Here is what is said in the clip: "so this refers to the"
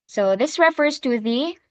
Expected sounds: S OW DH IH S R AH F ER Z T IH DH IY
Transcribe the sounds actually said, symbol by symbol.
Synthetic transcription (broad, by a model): S OW DH IH S R AH F ER Z T IH DH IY